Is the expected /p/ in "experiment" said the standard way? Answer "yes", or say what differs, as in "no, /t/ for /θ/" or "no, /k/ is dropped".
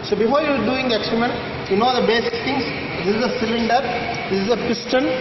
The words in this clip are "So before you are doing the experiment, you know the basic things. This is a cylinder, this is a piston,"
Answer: no, /p/ is dropped